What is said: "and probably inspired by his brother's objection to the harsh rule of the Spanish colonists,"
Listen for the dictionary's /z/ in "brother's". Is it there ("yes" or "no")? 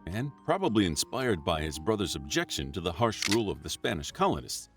yes